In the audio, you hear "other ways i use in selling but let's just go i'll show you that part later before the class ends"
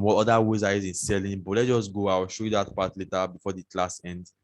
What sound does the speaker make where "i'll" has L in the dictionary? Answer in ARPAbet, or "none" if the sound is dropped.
W